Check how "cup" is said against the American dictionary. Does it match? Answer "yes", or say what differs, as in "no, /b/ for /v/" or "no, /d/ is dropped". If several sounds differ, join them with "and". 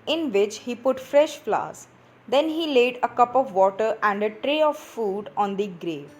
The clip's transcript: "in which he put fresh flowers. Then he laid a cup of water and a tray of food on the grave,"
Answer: yes